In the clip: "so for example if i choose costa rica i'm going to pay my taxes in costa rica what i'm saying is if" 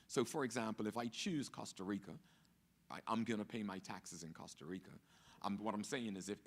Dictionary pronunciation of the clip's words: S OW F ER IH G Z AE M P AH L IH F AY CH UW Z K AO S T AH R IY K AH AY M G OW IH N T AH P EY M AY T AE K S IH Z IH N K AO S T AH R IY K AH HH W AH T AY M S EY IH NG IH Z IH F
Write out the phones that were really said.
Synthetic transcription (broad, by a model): S OW F ER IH G Z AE M P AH L IH F AY CH UW Z K AO S T AH R IY K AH AY M G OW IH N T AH P EY M AY T AE K S IH Z IH N K AO S T AH R IY K AH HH W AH T AY M S EY IH NG IH Z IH F